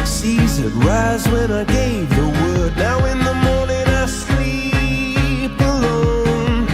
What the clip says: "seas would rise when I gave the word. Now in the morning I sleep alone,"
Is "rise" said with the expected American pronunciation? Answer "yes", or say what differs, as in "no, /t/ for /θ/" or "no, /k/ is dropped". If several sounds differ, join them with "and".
yes